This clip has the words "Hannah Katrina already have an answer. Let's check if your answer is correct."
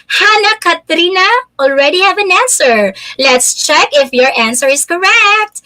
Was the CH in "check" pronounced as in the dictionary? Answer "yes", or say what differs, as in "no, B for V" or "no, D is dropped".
yes